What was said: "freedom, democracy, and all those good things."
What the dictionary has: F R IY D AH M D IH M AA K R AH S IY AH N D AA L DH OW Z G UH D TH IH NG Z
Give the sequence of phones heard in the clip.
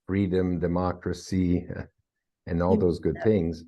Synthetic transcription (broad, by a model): F R IY D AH M D IH M AA K R AH S IY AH N AA L DH OW Z G UH D TH IH NG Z